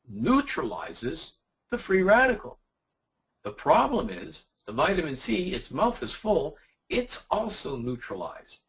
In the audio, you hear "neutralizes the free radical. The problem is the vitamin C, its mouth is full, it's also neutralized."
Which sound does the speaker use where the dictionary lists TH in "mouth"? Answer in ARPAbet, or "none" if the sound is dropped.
TH